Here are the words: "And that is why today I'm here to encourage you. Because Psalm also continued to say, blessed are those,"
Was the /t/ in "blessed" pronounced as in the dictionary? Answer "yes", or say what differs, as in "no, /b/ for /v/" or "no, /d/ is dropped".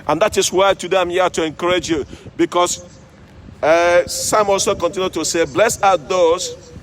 no, /t/ is dropped